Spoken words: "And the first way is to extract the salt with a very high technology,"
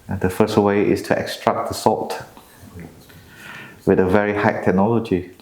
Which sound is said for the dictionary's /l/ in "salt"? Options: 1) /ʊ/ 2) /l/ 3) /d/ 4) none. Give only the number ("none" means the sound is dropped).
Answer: 4